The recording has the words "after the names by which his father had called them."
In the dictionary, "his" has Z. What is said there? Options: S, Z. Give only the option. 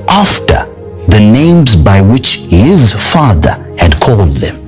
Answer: Z